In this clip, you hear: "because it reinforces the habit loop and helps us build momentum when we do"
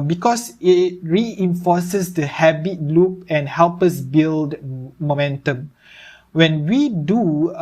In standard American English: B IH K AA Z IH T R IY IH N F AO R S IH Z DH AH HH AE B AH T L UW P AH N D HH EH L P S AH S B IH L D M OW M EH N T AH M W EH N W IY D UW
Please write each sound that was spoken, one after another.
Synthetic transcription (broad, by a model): B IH K AA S IH T R IY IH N F AO S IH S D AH HH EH B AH T L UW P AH N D HH EH L P AH S B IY L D M OW M EH N T AH M W EH N W IY D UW